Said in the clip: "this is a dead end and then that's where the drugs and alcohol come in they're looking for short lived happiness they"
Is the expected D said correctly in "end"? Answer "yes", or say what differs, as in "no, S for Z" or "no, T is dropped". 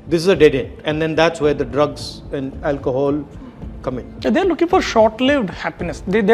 no, D is dropped